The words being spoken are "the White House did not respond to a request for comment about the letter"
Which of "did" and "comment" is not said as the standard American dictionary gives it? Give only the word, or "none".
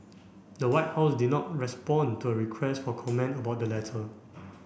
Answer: none